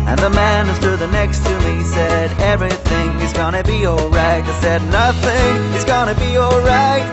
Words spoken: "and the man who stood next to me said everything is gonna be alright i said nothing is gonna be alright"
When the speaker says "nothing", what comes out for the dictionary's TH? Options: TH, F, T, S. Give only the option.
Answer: TH